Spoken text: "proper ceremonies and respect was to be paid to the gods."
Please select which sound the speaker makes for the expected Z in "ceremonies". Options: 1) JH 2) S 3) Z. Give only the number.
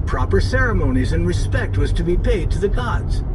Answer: 3